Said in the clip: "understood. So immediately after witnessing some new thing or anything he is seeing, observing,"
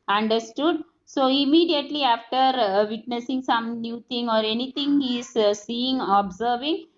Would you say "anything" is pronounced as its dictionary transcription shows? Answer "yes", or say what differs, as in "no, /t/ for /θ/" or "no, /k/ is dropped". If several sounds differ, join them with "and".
no, /t/ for /θ/